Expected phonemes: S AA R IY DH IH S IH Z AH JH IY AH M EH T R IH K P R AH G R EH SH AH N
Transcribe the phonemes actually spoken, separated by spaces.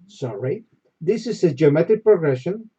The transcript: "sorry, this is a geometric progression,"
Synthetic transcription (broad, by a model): S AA R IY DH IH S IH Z AH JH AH M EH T IH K P R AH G R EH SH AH N